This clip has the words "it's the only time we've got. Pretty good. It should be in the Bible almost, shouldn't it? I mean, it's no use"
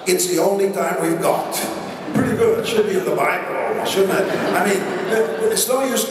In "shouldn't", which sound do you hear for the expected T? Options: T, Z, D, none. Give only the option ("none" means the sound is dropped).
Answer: none